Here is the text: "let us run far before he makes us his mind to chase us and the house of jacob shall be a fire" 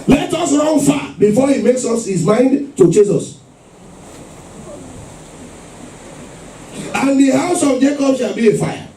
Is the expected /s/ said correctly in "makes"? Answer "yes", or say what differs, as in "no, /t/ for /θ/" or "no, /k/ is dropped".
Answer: yes